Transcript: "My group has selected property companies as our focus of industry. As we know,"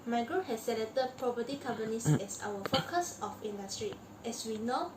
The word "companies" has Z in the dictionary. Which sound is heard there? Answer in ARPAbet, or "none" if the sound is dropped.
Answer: S